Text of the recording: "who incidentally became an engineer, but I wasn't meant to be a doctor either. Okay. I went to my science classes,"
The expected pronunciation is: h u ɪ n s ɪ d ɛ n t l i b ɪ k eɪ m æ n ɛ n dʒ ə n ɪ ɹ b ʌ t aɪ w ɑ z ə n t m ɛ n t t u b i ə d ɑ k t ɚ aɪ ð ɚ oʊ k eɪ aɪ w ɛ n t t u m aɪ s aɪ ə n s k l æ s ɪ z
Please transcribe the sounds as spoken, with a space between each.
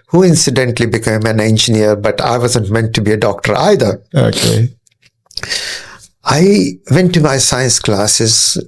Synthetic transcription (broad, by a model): h u ɪ n s ɪ d ɛ n t l i b ɪ k eɪ m æ n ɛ n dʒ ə n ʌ ɹ b ʌ t aɪ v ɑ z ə n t m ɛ n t t u b i ə d ɑ k t ɚ aɪ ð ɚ oʊ k eɪ aɪ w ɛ n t t u m aɪ s aɪ ə n s k l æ s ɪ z